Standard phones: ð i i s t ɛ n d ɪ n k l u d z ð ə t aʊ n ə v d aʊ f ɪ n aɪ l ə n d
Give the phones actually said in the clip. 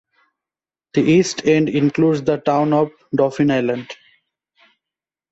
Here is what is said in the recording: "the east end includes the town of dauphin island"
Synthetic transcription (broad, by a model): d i i s t ɛ n d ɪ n k l u d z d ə t aʊ n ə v d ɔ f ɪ n aɪ l ə n d